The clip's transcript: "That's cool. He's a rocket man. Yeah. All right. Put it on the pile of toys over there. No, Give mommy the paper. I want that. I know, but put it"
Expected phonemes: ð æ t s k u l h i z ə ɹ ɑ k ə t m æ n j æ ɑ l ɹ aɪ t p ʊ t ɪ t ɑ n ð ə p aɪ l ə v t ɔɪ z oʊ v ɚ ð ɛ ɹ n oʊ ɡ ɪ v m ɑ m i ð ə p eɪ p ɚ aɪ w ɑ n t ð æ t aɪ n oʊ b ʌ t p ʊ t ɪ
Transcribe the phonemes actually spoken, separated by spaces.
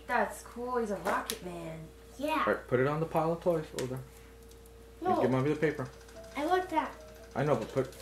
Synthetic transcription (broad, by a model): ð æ t s k u l h i z ə ɹ ɑ k ə t m æ n j æ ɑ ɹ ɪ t p ʊ t ɪ t n ð ə p aɪ l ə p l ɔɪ s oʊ ʊ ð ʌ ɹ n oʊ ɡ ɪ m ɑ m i ð ə p eɪ p ɚ aɪ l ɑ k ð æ t aɪ n oʊ b ʌ t p ʊ t